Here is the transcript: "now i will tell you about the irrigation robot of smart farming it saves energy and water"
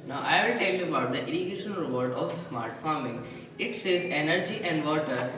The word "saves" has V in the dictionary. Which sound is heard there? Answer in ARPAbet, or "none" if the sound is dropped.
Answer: none